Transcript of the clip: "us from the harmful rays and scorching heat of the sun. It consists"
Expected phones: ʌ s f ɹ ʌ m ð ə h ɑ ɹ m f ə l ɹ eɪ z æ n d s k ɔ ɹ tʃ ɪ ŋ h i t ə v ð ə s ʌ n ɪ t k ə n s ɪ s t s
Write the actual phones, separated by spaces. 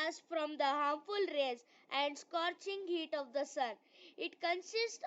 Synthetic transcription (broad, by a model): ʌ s f ɹ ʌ m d ə h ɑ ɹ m f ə l ɹ eɪ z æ n d s k ɔ ɹ tʃ ɪ ŋ h i t ə v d ə s ʌ n ɪ t k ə n s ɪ s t